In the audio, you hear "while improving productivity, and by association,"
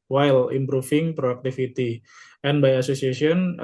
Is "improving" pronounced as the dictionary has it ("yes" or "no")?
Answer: no